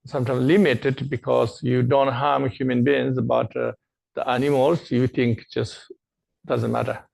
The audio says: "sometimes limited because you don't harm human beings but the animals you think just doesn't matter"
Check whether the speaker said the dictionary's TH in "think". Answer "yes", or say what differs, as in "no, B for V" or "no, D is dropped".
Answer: no, T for TH